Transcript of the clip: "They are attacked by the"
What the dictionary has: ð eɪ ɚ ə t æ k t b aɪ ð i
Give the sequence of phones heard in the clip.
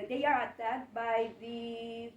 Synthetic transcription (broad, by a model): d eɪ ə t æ t b aɪ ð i